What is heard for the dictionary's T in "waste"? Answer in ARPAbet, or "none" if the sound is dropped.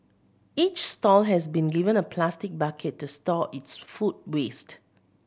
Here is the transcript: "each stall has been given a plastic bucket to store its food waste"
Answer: T